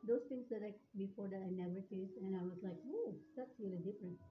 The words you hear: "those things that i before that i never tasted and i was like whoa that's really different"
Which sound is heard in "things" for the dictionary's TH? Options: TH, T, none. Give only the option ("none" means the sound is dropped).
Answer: T